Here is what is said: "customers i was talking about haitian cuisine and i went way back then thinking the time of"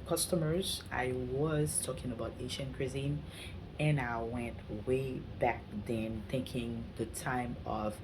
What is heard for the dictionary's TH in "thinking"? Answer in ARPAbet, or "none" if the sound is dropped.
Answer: TH